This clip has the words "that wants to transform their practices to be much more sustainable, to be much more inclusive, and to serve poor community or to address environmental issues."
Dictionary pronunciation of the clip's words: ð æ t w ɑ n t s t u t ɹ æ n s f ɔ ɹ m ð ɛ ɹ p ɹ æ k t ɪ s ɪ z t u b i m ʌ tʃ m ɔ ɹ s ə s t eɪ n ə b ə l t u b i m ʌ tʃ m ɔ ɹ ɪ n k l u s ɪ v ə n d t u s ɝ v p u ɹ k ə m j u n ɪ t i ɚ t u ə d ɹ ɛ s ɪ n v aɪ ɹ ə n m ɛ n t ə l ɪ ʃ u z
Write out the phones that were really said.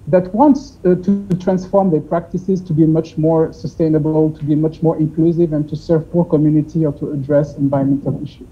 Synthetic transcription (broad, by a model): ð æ t w ɑ n t s t u t ɹ æ n s f ɔ ɹ m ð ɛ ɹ p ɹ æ k t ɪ s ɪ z t u b i m ʌ tʃ m ɔ ɹ s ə s t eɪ n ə b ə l t u b i m ʌ tʃ m ɔ ɹ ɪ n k l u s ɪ v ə n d t u s ɝ v p u ɹ k ə m j u n ɪ t i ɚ t u ə d ɹ ɛ s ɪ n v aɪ ə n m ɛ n t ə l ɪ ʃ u